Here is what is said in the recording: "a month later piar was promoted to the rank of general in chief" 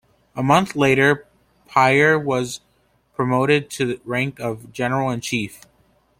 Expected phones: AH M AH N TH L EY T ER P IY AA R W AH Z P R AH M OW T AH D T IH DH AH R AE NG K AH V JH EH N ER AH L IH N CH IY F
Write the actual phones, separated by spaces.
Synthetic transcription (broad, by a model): AH M AH N TH L EY T ER P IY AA R W AH Z P R AH M OW T AH D T IH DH R AE NG K AH V JH EH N ER L IH N CH IY F